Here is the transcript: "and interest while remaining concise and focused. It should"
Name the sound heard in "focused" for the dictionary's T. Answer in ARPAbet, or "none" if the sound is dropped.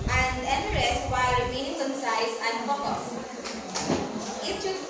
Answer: none